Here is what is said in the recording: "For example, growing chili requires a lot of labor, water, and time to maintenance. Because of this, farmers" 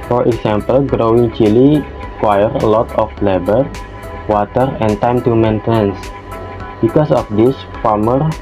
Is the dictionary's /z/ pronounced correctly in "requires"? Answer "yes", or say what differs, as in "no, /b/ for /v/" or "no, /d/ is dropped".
no, /z/ is dropped